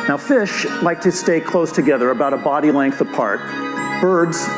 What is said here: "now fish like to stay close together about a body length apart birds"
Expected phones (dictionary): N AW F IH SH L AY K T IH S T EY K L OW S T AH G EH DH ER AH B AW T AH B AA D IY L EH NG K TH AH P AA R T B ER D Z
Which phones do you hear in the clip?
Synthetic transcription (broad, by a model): N AW F IH SH L AY K T IH S T EY K L OW S T AH G EH DH ER AH B AW T AH B AA D IY L EH NG K TH AH P AA R T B ER D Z